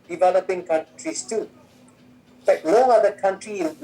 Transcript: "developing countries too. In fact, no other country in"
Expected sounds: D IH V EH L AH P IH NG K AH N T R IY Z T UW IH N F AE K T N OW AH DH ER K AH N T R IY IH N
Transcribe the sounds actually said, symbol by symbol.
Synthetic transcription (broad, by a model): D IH V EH L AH P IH NG K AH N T R IY S T UW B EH T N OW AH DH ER K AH N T R IY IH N